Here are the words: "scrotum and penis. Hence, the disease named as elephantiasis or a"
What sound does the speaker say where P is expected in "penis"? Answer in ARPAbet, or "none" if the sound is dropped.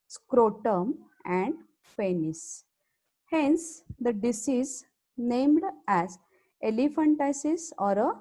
F